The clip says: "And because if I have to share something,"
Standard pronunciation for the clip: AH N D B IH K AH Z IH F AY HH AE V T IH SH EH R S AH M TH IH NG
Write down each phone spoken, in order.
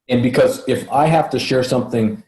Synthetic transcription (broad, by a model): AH N B IH K AH Z IH F AY HH AE F T IH SH EH R S AH M TH IH NG